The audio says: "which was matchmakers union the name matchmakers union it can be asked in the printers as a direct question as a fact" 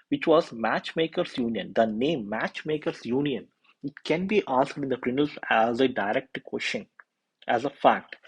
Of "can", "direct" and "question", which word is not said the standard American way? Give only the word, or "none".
question